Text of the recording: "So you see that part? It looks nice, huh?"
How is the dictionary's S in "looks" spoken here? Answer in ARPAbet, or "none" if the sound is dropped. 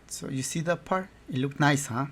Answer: none